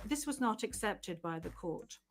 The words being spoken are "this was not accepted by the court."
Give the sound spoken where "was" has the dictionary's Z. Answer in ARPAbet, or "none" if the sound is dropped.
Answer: Z